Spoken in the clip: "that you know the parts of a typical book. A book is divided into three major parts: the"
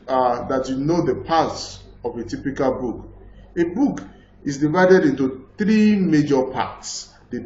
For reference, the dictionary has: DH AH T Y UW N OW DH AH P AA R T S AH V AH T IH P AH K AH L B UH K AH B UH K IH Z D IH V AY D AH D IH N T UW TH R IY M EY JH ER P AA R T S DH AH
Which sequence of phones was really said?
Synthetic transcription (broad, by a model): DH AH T Y UW N OW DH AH P AA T S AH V AH T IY P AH K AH L B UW K AH B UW K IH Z D IH V AY D AH D IH N T UW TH R IY M EY JH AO P AA T S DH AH